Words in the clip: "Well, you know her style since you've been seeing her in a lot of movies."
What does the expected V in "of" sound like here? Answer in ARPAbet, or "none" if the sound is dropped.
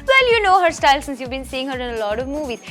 V